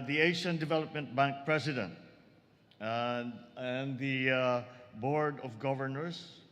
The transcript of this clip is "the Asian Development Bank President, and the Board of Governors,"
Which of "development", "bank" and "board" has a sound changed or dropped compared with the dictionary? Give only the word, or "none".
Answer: none